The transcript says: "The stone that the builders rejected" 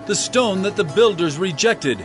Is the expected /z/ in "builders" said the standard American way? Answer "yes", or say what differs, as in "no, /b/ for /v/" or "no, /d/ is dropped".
yes